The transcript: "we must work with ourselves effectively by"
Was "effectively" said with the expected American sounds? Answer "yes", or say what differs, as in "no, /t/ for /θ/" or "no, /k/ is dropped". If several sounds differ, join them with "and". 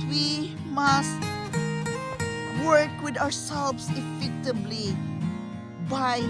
no, /b/ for /v/